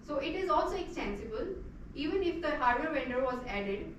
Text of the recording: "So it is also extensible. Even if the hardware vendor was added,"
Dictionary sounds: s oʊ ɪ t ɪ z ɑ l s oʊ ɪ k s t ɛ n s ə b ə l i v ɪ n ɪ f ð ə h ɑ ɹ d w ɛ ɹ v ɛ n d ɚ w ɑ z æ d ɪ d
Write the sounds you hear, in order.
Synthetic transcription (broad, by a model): s oʊ ɪ t ɪ z ɑ l s oʊ ɪ k s t ɛ n s ə b ə l i v ɪ n ɪ f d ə h ɑ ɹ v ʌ ɹ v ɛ n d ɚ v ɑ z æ d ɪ d